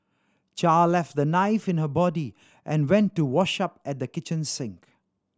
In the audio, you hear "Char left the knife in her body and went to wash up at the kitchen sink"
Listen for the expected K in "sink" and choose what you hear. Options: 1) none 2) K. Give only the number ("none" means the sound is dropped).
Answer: 2